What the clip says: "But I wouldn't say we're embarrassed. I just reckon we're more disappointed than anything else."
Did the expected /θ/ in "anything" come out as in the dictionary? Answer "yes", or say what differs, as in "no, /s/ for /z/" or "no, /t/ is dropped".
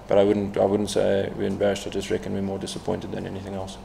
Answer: yes